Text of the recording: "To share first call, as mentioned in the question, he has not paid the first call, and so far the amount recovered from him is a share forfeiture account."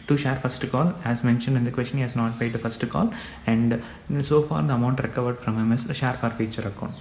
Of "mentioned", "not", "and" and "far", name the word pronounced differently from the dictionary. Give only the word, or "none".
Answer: none